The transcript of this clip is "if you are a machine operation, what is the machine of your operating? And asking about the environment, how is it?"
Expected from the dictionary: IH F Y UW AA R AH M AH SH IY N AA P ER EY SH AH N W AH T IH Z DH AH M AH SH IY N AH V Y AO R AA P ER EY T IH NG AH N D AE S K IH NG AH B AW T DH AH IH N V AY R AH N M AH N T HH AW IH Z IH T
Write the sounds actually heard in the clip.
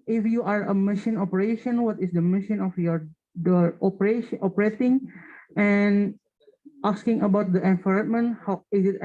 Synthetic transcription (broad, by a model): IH F Y UW AA R AH M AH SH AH N AA P ER EY SH AH N W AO T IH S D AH M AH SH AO N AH F Y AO R AA P ER EY T IH NG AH N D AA S K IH NG AH B AW T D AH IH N F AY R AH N M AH N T HH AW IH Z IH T